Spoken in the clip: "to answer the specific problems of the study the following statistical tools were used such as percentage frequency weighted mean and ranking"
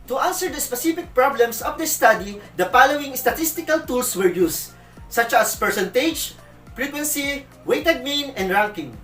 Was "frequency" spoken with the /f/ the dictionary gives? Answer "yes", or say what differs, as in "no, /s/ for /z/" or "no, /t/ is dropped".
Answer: no, /p/ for /f/